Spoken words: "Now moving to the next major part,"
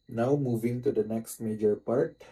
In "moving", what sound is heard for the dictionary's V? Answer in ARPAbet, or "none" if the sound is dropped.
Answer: V